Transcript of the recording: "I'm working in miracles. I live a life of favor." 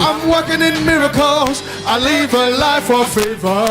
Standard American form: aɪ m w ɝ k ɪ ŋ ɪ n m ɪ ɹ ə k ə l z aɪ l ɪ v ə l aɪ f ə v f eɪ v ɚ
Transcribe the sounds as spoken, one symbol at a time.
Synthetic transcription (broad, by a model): aɪ m w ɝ k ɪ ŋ ɪ n m ɪ ɹ ə k ə l z aɪ l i v ə l aɪ f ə f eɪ v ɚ